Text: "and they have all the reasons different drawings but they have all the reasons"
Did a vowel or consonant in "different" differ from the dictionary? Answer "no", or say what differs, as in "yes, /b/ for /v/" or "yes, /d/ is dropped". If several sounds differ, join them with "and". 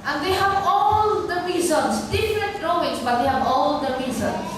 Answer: yes, /n/ is dropped